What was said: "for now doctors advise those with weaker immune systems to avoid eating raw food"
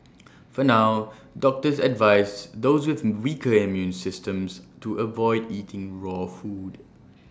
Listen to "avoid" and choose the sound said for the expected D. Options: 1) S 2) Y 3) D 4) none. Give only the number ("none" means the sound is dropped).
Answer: 3